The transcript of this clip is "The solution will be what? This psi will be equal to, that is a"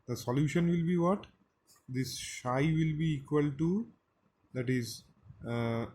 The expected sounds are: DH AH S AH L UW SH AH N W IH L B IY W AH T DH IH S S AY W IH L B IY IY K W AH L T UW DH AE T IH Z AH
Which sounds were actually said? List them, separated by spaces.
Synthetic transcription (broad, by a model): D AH S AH L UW SH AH N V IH L B IY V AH T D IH S SH AY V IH L B IY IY K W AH L T UW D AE T IH Z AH